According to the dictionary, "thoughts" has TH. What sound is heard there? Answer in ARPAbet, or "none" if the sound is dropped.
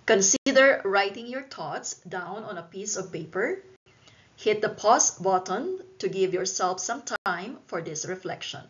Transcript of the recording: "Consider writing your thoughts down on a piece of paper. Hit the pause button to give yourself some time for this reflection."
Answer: T